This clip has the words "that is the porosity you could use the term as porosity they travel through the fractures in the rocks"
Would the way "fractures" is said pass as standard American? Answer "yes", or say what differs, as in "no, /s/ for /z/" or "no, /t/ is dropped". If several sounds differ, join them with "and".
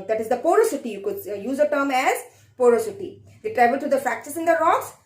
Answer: no, /ɹ/ is dropped